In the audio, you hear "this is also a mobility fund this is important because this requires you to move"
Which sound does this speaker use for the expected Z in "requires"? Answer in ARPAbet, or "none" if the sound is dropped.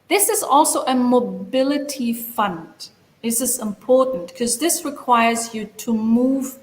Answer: Z